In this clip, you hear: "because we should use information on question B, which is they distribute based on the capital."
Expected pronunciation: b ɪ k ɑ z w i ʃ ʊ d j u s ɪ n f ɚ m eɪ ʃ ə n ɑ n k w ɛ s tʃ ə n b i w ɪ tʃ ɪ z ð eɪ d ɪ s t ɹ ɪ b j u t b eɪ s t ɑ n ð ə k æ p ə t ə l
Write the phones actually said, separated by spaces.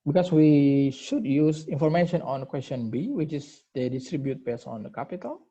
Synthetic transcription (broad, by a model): b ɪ k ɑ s w i ʃ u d j u s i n f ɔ m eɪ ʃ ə n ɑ n k w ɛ s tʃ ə n b i w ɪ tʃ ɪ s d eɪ d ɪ s t ɹ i b j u t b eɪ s ɑ n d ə k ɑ p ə t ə l